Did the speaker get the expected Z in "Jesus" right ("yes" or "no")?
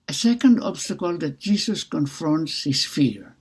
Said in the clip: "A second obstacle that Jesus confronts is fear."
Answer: no